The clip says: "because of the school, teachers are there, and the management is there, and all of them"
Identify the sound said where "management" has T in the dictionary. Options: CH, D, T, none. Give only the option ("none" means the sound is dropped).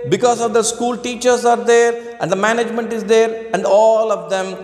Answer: T